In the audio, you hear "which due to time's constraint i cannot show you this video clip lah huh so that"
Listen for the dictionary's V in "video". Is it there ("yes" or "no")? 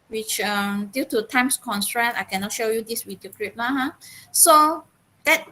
no